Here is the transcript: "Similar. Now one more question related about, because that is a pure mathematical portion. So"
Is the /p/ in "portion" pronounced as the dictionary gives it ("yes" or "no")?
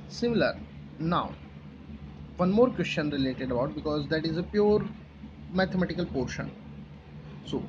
yes